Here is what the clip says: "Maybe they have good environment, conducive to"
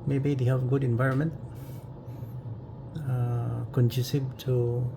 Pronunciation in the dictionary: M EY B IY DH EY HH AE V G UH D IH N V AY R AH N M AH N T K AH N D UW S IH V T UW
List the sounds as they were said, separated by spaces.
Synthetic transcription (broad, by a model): M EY B IY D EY HH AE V G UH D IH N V AY R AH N M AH N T K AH N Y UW S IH B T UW